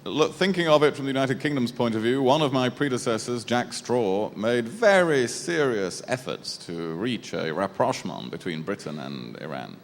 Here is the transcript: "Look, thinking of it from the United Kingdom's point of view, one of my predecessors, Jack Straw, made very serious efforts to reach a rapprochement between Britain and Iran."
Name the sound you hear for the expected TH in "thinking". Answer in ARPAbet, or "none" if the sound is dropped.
TH